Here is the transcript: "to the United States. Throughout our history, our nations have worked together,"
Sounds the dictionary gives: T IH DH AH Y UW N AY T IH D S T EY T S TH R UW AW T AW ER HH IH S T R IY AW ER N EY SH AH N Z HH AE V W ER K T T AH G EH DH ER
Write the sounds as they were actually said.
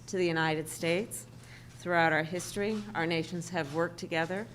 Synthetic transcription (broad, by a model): T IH DH AH Y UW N AY T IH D S T EY T S TH R UW AW T AW ER HH IH S T R IY AW ER N EY SH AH N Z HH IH V W ER K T T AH G EH DH ER